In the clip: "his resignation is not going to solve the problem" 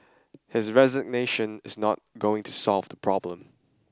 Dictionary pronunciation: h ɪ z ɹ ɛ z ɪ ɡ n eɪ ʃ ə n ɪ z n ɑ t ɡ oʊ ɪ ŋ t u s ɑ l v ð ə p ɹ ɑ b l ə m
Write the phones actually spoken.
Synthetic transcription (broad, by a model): h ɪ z ɹ ɛ z ɪ ɡ n eɪ ʃ ə n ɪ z n ɑ t ɡ oʊ ɪ ŋ t u s ɑ l v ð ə p ɹ ɑ b l ə m